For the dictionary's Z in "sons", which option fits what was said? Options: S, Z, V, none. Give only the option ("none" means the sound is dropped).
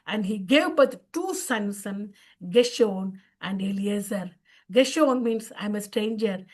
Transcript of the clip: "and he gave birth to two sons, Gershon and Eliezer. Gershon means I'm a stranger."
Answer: none